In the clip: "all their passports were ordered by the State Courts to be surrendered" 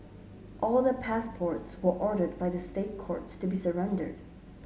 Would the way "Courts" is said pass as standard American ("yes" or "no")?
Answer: yes